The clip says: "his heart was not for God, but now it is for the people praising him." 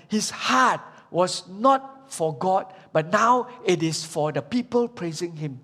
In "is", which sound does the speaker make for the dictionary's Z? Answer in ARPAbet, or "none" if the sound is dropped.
S